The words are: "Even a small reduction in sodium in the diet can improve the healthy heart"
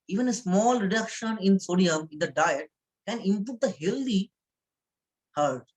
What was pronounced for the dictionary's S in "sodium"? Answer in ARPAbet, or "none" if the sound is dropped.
S